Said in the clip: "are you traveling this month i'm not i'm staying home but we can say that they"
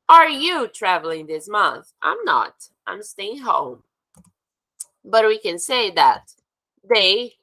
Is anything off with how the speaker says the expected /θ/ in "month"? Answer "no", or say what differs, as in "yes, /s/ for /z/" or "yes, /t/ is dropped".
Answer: no